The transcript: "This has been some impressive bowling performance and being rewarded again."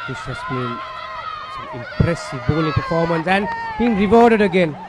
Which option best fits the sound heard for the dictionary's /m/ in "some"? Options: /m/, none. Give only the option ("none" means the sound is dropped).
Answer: none